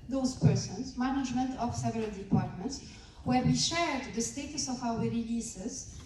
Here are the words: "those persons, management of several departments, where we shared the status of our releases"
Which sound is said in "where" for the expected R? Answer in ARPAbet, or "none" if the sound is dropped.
R